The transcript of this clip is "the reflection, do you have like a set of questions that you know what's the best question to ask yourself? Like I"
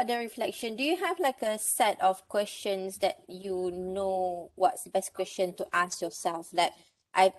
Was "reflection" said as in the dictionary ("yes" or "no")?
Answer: yes